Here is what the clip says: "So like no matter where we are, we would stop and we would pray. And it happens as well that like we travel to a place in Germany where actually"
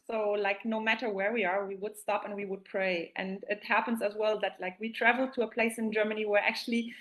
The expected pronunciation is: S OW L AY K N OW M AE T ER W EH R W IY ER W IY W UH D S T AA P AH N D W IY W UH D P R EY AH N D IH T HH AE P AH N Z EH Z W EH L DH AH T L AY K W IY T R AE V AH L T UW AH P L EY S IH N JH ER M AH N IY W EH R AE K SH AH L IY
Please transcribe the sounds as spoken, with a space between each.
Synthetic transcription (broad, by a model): S OW L AY K N OW M AE T ER W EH R W IY ER W IY W UH D S T AA P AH N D W IY W UH D P R EY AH N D IH T HH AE P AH N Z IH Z W EH L DH AH T L AY K W IY T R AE V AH L T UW AH P L EY S IH N JH ER M AH N IY W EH R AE K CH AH L IY